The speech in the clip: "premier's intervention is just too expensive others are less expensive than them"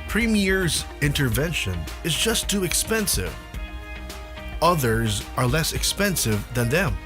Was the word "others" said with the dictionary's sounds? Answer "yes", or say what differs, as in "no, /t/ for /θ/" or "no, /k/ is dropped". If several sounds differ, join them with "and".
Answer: yes